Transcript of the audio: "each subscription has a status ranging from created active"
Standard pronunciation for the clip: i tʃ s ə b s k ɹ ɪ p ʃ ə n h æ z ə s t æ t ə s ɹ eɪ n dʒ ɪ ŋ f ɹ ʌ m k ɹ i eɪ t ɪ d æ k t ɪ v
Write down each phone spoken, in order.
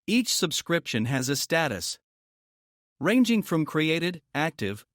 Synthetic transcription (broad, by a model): i tʃ s ə b s k ɹ ɪ p ʃ ə n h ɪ z ə s t æ t ə s ɹ eɪ n dʒ ɪ ŋ f ɹ ʌ m k ɹ i eɪ t ɪ d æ k t ɪ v